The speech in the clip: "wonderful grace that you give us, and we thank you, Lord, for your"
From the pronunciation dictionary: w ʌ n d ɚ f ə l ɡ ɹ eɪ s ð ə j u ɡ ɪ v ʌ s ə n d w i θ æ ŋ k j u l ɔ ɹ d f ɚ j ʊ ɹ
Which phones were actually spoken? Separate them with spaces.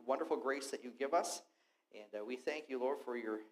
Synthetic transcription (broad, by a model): w ʌ n d ɚ f l ɡ ɹ eɪ s ð ə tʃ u ɡ ɪ v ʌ s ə n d w i θ æ ŋ k j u l ɔ ɹ d f ɚ j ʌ ɹ